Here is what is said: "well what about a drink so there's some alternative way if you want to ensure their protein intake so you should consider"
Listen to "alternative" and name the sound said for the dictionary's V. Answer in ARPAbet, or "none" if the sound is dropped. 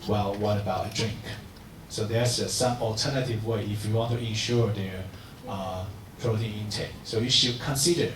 V